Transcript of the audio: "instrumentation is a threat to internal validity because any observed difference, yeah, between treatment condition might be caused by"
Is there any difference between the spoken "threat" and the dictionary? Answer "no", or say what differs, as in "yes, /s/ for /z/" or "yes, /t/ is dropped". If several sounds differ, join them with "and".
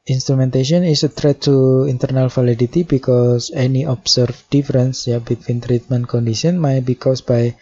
yes, /t/ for /θ/